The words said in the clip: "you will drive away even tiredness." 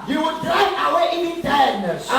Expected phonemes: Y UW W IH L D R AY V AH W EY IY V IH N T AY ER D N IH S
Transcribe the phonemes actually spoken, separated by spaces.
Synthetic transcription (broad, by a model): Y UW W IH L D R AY AH W EY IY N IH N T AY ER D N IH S